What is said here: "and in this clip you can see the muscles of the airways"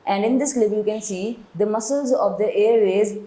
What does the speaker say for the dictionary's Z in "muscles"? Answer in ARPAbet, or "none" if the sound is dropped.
Z